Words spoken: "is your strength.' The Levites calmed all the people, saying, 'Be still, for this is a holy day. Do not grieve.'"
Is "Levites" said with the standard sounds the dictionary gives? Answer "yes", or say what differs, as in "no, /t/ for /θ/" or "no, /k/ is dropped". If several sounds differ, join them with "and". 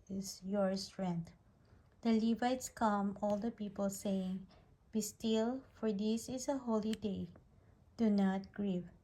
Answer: yes